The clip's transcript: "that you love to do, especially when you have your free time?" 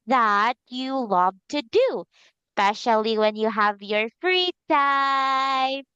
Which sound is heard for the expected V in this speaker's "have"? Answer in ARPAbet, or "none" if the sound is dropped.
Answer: V